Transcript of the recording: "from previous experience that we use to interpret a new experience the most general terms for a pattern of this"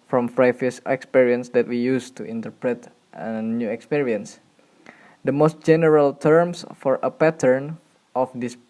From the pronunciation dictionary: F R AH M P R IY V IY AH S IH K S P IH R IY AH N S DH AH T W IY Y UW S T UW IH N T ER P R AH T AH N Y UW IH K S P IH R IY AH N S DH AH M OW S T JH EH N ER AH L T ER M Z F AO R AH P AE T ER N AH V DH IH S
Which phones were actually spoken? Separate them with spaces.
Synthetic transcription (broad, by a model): F R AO M F R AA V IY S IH K S P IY R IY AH N S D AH T W IY Y UW S T UW IH N T ER P R AH T AH N Y UW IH K S P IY R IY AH N S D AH M OW S T JH EH N ER AH L T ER M S F AO R AH P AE T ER N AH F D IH S